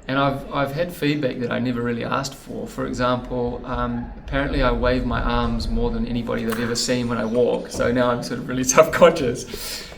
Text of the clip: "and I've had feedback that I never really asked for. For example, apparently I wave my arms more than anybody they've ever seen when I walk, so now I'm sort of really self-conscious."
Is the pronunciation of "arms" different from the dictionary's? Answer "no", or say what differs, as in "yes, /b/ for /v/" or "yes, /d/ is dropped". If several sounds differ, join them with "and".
no